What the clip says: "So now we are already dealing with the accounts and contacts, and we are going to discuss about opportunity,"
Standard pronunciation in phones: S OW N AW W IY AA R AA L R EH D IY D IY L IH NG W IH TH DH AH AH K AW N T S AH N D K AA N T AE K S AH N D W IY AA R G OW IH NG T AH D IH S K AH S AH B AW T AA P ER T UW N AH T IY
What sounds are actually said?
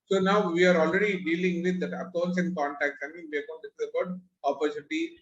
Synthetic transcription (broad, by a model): S OW N AW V IY AA R AA L R EH D IY D IY L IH NG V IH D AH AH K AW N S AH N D K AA N T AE K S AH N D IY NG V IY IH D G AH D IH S AH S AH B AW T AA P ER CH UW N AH T IY